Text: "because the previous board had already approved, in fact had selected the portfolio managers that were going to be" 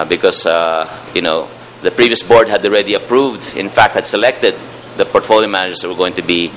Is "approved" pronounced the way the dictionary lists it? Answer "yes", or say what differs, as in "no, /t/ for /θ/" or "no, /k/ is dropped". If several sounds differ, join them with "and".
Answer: yes